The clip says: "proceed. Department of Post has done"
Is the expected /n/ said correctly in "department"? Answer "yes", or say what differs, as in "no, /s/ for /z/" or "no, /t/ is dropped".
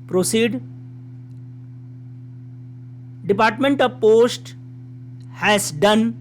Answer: yes